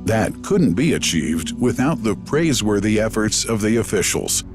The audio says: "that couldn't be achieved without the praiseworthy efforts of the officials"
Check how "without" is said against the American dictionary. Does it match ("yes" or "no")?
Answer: yes